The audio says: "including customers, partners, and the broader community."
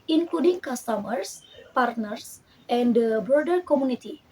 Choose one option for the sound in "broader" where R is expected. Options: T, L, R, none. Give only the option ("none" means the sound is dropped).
none